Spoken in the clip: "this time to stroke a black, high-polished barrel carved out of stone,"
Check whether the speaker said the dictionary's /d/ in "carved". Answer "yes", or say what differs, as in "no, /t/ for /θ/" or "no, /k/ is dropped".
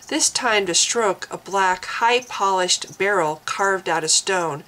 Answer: yes